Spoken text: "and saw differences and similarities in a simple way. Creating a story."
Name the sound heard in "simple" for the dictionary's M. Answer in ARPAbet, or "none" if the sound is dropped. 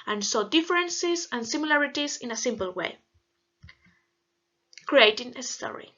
M